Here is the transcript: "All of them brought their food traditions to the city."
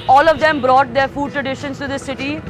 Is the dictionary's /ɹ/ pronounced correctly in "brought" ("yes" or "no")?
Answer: yes